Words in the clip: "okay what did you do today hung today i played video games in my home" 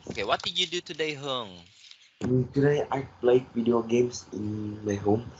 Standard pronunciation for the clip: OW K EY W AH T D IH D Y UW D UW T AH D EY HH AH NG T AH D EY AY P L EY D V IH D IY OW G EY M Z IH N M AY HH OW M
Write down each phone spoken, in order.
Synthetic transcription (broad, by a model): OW K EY W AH T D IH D Y UW D UW T AH D EY HH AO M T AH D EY AY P L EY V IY D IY OW G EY M S IH N M AY HH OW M